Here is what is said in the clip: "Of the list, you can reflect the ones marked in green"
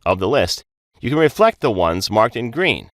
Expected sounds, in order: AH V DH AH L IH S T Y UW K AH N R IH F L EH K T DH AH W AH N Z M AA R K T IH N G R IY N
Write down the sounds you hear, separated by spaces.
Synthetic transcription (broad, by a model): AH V DH AH L IH S T Y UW K AH N R IH F L EH K T DH AH W AH N Z M AA R K T IH N G R IY N